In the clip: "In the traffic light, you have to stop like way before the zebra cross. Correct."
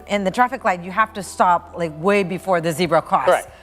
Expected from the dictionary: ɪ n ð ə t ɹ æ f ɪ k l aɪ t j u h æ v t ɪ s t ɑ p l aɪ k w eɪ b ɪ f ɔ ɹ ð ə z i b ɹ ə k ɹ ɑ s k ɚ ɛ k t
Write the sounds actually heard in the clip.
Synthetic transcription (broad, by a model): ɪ n ð ə t ɹ æ f ɪ k l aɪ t j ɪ h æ f t ɪ s t ɑ p l aɪ k w eɪ b ɪ f ɔ ɹ ð ə z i b ɹ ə k ɑ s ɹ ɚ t